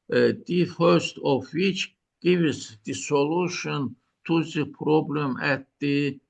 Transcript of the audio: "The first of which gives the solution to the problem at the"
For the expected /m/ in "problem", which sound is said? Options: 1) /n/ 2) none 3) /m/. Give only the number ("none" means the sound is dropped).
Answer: 3